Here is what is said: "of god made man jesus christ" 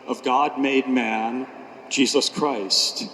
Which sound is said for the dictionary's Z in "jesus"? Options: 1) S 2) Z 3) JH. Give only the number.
2